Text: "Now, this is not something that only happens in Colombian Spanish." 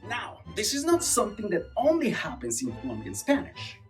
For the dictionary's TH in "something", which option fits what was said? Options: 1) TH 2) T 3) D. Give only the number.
1